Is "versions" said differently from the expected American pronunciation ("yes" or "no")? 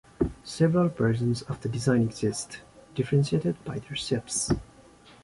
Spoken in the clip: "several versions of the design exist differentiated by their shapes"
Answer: yes